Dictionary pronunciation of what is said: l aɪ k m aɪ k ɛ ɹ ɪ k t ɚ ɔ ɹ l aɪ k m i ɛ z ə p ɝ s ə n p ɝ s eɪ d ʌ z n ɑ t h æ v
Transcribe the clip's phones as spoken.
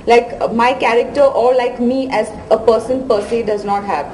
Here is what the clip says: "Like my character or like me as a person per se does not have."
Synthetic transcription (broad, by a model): l aɪ k m aɪ k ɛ ɹ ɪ k t ɚ ɔ ɹ l aɪ k m i ɛ z ə p ɝ s ə n p ɝ s eɪ d ʌ z n ɑ t h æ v